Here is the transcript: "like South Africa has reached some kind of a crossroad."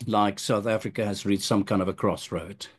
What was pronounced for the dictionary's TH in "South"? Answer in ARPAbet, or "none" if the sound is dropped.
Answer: TH